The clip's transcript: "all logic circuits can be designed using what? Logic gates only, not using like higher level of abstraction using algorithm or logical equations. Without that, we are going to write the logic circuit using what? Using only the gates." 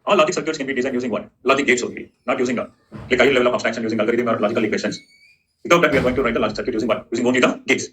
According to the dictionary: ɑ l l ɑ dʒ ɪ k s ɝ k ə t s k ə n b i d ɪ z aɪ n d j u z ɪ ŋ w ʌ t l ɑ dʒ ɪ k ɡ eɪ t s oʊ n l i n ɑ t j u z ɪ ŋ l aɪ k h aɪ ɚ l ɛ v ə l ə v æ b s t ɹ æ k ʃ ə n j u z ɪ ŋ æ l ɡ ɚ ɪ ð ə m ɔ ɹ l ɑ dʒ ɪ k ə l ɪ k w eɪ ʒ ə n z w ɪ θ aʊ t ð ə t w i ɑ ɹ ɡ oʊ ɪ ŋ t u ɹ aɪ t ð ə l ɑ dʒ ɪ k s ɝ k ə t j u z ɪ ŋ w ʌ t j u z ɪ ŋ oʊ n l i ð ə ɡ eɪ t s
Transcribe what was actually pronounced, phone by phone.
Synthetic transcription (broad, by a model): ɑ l l ɑ dʒ ɪ k s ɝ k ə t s k ə n b i d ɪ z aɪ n j u z ɪ ŋ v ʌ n l ɑ dʒ ɪ k ɡ eɪ t s oʊ n l i n ɑ t j u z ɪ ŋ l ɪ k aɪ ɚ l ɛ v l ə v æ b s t æ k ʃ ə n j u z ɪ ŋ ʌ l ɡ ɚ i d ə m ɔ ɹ l ɑ dʒ ɪ k ə l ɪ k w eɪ ʃ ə n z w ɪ t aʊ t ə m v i ɑ ɹ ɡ oʊ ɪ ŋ t u ɹ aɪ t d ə l ɑ dʒ ɪ k s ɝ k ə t j u z ɪ ŋ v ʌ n j u z ɪ ŋ oʊ n l i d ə ɡ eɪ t s